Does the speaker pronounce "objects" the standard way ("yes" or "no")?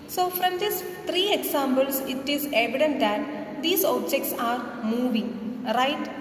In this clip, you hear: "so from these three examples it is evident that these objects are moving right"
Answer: yes